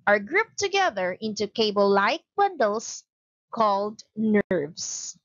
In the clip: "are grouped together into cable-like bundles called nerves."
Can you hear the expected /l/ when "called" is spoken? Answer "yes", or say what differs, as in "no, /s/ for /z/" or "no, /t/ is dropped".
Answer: yes